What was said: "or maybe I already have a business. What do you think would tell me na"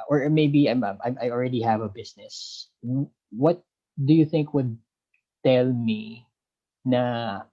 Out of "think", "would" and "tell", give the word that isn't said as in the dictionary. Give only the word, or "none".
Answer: none